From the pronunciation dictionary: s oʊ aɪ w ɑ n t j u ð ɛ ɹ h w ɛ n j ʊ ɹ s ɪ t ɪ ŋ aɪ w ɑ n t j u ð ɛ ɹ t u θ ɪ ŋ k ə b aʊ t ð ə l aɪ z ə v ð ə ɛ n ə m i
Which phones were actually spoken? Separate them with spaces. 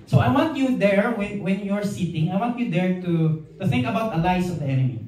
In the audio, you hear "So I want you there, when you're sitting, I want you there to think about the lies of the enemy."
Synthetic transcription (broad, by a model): s oʊ aɪ w ɑ n t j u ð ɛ ɹ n w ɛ n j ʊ ɹ s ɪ t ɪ ŋ aɪ w ɑ n t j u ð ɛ ɹ t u θ ɪ ŋ k ə b aʊ t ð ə l aɪ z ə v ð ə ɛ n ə m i